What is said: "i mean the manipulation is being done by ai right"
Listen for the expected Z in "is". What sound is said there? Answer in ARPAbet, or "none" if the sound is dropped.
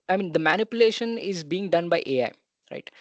Z